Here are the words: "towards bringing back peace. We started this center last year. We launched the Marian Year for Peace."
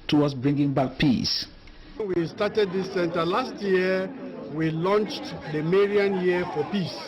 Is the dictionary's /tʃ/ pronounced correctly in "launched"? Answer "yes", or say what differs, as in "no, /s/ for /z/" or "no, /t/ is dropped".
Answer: yes